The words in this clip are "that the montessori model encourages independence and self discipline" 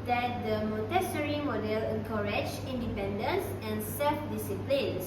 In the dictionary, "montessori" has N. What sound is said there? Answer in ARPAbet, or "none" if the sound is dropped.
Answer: none